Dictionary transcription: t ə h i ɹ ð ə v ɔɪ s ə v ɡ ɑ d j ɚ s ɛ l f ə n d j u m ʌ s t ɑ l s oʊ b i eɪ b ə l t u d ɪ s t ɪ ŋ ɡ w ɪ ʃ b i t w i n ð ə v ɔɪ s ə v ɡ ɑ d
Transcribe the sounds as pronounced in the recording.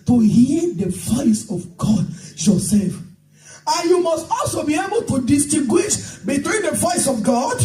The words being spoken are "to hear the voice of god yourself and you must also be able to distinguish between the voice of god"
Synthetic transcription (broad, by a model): t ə h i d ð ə v ɔɪ s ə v ɡ ɑ d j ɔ s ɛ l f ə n j u m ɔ s t ɑ l s oʊ b i eɪ b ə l t u d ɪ s t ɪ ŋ ɡ w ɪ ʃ b i t w i n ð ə v ɔɪ s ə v ɡ ɑ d